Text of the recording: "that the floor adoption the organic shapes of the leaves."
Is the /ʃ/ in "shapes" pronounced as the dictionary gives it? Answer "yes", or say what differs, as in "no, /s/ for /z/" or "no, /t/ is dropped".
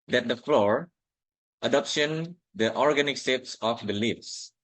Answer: no, /s/ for /ʃ/